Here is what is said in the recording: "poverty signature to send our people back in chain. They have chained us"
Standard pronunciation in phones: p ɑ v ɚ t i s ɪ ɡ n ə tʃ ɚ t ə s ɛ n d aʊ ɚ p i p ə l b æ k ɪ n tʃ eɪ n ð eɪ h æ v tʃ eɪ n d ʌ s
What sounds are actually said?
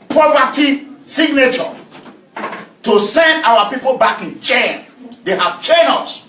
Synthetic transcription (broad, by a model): p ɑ v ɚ t i s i ɡ n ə tʃ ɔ t ə s ɛ n d aʊ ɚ p i p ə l b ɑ k ɪ n tʃ eɪ n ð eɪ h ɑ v tʃ eɪ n ʌ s